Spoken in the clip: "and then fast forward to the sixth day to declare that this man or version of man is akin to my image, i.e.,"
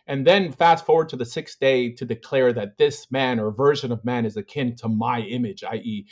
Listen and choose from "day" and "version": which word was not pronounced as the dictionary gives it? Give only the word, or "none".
none